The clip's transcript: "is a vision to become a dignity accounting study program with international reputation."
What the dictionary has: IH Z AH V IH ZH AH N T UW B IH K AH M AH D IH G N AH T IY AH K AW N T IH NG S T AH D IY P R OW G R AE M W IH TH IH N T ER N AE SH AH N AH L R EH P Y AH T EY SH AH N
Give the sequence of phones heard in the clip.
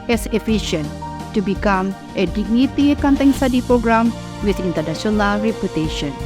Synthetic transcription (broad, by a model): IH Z AH F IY SH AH N T UW B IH K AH M AH D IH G N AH T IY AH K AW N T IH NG S T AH D IY P R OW G R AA M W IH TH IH N T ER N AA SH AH N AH L R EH P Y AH T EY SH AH N